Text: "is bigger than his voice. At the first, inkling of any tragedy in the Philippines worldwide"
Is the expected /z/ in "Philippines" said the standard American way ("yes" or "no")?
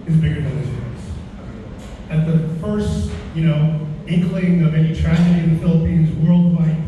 yes